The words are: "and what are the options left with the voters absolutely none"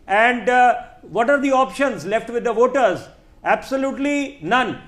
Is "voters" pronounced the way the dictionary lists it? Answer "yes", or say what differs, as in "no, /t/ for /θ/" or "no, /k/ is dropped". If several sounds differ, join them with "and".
yes